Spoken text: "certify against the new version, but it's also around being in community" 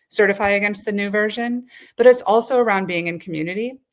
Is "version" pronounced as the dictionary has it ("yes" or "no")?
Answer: yes